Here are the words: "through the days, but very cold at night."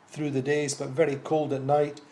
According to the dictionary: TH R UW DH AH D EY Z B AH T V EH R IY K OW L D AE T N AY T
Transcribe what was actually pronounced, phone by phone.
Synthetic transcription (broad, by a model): TH R UW DH AH D EY Z B AH T V EH R IY K OW L D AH T N AY T